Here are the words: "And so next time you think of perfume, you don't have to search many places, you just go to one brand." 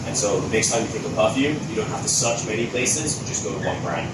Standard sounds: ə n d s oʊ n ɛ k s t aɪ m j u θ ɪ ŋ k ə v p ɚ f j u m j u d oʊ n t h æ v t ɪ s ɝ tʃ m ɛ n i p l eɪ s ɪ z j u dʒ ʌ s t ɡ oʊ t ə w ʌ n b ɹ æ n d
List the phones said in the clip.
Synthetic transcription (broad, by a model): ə n s oʊ n ɛ k s t aɪ m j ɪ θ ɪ ŋ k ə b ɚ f j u j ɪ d oʊ n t h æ f t ɪ s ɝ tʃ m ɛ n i p l eɪ s ɪ z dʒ ʌ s ɡ oʊ t ə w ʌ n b ɹ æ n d